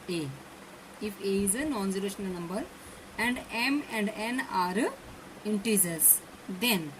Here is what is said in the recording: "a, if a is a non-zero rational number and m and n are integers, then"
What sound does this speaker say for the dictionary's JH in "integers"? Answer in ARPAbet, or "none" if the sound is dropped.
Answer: Z